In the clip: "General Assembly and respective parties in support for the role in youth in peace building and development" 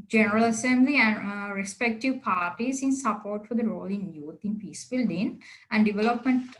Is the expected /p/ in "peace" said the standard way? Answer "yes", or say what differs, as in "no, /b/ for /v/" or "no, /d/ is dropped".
yes